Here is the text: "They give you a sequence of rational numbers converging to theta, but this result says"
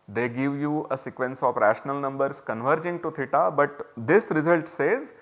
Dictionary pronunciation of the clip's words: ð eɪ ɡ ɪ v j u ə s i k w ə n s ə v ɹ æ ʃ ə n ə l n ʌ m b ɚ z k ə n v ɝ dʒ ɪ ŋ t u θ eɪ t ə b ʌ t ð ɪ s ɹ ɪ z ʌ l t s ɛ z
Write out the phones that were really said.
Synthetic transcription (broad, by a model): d eɪ ɡ ɪ v j u ə s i k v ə n s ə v ɹ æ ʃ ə n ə l n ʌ m b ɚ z k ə n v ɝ dʒ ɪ ŋ t u t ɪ t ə b ʌ t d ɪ s ɹ ɪ z ʌ l t s ɛ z